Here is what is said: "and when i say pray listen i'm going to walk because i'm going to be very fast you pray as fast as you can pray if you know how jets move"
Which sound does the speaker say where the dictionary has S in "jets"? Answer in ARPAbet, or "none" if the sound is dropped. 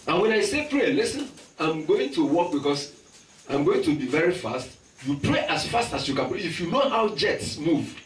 S